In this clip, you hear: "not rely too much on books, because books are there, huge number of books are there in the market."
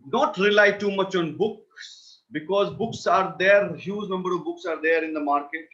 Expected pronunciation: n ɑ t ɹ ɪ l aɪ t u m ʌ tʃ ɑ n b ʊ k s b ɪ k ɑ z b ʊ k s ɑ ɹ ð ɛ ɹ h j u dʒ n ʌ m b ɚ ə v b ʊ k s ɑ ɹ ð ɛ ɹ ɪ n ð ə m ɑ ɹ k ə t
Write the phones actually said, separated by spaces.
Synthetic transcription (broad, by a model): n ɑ t ɹ ɪ l aɪ t u m ʌ tʃ ɑ n b ʊ k s b ɪ k ɑ z b ʊ k s ɑ ɹ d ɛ ɹ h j u z n ʌ m b ɚ ə v b ʊ k s ɑ ɹ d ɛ ɹ ɪ n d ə m ɑ ɹ k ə t